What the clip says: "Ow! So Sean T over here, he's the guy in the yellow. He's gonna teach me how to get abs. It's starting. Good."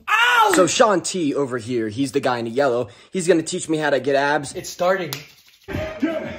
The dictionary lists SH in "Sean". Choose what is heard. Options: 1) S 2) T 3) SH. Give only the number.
3